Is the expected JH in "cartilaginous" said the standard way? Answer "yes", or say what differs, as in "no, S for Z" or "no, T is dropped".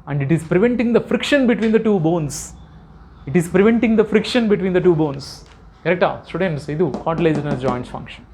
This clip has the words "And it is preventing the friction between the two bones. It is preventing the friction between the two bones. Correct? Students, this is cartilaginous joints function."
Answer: no, Z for JH